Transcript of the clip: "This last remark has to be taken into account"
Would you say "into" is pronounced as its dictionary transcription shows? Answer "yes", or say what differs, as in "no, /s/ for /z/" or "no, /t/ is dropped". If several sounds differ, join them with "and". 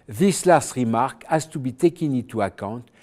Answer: no, /n/ is dropped